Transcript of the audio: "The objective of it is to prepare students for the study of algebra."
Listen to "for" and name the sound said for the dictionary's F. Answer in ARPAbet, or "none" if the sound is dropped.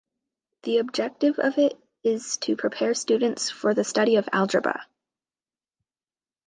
F